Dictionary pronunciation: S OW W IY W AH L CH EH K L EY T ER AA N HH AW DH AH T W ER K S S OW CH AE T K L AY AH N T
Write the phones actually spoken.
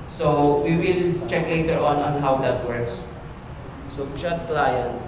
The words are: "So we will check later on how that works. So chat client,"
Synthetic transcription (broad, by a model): S OW W IY W AH L CH EH K L EY T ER AA N HH AW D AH T W ER K S S OW SH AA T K L AY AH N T